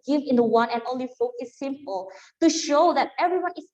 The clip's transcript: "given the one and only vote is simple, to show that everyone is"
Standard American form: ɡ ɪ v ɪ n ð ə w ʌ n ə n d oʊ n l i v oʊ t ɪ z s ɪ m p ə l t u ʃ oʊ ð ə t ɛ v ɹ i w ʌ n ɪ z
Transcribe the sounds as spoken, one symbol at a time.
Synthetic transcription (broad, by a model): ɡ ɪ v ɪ n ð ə w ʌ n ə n oʊ n l i f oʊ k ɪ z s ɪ m p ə l t u ʃ oʊ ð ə t ɛ v ɹ i w ʌ n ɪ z